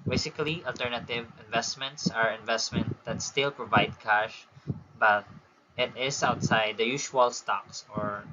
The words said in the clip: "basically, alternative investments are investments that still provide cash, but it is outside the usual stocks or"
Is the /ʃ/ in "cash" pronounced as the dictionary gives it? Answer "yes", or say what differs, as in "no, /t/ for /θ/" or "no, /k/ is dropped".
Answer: yes